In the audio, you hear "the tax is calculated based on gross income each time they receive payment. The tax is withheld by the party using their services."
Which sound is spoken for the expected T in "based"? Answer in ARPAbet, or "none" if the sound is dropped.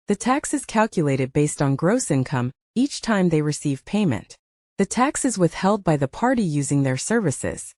T